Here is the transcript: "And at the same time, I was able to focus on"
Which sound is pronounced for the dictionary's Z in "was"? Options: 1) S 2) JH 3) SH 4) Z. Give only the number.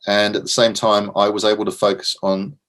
4